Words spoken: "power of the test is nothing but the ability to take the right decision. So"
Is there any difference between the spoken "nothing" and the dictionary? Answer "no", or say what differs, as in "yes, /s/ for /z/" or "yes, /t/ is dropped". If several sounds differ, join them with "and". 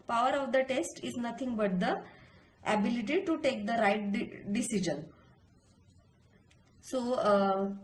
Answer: yes, /t/ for /θ/